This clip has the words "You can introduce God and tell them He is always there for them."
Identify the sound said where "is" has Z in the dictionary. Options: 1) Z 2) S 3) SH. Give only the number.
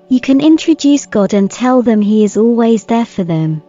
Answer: 1